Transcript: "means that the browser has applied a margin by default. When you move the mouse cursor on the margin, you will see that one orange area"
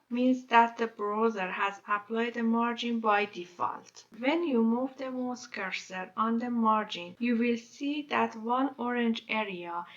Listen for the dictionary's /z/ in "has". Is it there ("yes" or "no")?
yes